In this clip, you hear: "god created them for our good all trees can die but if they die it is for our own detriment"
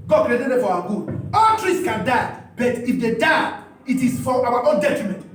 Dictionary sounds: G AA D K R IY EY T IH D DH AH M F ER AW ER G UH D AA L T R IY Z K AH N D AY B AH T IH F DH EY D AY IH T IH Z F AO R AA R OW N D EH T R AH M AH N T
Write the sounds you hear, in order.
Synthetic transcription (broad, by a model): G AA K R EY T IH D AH F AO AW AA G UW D AA L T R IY S K AH N D AY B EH T IH F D EY D AY IH T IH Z F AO W AA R OW N D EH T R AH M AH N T